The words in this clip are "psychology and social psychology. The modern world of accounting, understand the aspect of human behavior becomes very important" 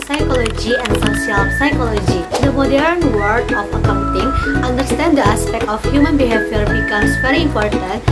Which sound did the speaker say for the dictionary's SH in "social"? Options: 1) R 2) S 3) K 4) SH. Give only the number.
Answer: 2